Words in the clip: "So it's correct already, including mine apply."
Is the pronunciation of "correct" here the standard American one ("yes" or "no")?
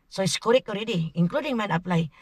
no